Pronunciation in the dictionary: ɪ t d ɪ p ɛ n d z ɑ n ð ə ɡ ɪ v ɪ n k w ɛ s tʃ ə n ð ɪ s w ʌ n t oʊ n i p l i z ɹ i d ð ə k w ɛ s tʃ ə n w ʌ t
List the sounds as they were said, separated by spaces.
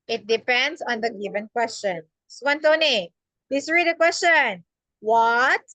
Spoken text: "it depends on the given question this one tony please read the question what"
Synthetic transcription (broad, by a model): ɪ t d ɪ p ɛ n d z ɑ n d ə ɡ ɪ v ɪ n k w ɛ s tʃ ə n s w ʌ n t oʊ n i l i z ɹ i d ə k w ɛ s tʃ ə n w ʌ t